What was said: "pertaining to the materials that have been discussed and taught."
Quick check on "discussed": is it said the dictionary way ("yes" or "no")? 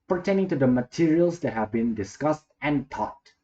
yes